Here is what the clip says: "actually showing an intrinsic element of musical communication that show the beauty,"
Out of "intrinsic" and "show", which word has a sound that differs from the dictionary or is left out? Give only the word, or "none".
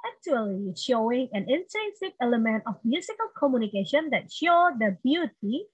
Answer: intrinsic